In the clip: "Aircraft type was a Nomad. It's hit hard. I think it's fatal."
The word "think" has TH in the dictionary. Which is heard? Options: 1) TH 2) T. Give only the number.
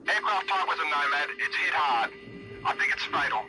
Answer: 1